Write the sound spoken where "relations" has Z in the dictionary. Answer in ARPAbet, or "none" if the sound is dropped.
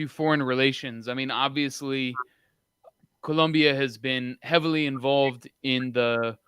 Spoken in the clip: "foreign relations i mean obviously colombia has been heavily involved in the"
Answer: Z